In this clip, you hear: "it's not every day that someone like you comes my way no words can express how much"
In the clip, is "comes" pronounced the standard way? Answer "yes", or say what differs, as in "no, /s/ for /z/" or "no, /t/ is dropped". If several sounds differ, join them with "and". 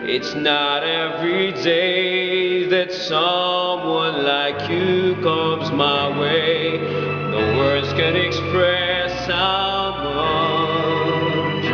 yes